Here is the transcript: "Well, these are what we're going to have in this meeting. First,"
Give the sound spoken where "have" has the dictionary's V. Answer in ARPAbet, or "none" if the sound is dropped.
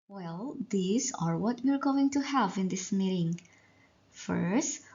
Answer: V